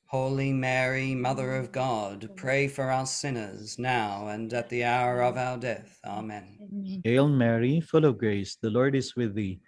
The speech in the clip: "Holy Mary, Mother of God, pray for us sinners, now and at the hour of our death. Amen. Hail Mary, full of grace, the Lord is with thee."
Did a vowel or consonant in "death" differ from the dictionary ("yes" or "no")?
no